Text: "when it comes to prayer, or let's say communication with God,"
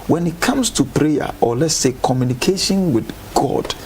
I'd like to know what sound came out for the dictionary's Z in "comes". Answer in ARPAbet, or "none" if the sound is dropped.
S